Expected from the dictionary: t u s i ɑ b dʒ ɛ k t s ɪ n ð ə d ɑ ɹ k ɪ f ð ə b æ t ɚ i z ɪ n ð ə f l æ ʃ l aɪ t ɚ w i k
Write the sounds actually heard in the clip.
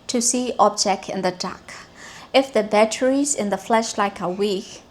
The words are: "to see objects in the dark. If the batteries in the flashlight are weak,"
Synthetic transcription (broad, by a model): t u s i ɑ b dʒ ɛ k t ɪ n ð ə d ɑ k ɪ f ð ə b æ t ɚ i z ɪ n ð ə f l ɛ ʃ l aɪ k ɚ w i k